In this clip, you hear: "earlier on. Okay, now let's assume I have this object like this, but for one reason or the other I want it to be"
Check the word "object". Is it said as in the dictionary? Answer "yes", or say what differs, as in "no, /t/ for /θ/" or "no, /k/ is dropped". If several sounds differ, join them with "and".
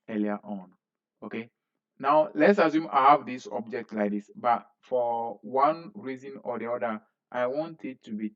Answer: yes